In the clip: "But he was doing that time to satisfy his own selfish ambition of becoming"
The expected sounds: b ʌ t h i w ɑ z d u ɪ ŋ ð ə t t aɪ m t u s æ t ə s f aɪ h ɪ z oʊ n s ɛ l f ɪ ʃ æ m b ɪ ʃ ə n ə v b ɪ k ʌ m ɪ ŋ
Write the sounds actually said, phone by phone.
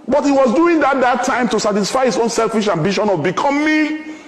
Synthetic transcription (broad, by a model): b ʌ t h i w ɑ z d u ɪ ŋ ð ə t t aɪ m t u s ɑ t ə s f aɪ h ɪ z oʊ n s ɛ l f ɪ ʃ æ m b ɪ ʃ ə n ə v b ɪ k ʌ m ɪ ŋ